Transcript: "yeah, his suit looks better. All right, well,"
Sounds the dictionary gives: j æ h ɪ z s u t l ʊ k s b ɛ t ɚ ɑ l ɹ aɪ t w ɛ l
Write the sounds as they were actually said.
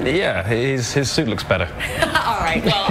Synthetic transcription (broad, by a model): j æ h ɪ z s u t l ʊ k s b ɛ t ɚ ɑ l ɹ aɪ t